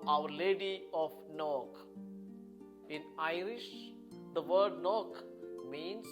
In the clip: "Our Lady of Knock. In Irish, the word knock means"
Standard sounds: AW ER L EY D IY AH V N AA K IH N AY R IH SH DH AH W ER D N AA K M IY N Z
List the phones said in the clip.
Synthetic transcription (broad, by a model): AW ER L EY D IY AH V N AA K IH N AY R IH SH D AH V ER D N AA K M IY N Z